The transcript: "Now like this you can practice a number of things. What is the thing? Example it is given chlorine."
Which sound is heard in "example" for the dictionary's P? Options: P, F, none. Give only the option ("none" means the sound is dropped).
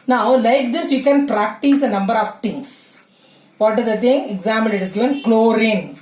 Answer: none